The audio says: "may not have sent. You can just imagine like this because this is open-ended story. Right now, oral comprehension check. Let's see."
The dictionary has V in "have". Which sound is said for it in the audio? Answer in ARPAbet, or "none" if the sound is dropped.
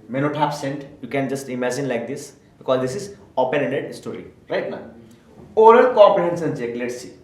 P